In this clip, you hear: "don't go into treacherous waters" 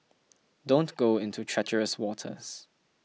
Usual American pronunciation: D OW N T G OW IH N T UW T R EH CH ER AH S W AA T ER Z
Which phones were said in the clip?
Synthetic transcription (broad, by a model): D OW N T G OW IH N T UW T R EH CH ER AH S W AA T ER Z